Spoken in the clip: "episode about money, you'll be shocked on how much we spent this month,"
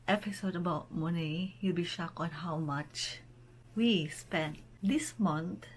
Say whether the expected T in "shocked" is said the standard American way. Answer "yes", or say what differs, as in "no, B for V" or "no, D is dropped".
no, T is dropped